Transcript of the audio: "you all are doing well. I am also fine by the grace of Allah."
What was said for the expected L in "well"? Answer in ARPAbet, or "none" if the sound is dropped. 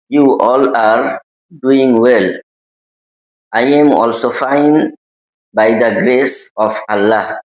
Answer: L